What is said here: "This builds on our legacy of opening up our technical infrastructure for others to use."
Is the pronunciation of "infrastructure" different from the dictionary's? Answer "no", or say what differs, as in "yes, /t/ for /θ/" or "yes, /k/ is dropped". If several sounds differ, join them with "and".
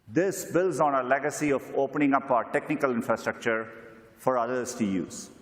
no